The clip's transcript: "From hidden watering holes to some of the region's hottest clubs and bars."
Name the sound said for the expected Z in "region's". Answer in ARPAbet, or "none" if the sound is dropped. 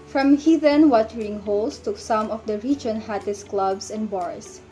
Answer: none